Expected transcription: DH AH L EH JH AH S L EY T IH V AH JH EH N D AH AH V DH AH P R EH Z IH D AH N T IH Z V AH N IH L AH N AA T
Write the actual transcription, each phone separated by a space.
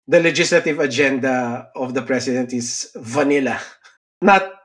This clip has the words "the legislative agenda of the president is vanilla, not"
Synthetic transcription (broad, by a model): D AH L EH JH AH S L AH T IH V AH JH EH N D AH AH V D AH P R EH S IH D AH N T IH S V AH N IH L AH N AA T